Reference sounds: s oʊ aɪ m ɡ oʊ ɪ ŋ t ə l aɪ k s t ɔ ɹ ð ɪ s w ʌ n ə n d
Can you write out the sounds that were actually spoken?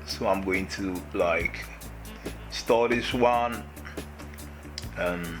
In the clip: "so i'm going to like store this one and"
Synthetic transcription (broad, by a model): s oʊ aɪ m ɡ oʊ ɪ ŋ t ə l aɪ k s t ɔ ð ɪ s w ʌ n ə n